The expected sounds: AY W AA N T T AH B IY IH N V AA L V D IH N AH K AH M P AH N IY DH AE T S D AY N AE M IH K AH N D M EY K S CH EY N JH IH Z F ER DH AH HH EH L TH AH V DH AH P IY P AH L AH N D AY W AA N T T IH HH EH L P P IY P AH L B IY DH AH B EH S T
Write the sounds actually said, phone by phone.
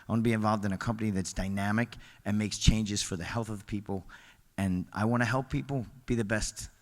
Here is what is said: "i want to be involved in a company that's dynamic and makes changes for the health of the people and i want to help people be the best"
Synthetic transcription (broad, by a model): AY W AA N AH B IY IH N V AA L V D IH N AH K AH M P AH N IY DH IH T S D AY N AE M IH K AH N M EY K S CH EY N JH IH Z F ER DH AH HH EH L TH AH V P IY P L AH N AY W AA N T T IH HH EH L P P IY P L B IY DH AH B EH S T